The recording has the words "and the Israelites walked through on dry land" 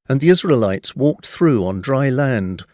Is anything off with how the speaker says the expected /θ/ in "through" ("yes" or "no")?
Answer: no